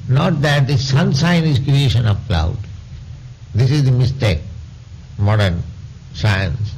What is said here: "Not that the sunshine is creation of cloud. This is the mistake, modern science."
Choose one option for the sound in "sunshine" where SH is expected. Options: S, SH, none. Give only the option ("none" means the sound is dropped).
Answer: S